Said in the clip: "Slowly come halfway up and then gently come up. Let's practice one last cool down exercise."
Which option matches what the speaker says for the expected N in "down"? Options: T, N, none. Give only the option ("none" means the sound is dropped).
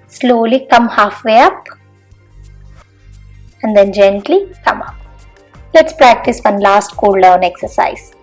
N